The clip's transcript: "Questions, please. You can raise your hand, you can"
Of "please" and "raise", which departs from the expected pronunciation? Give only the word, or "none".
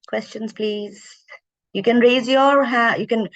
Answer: none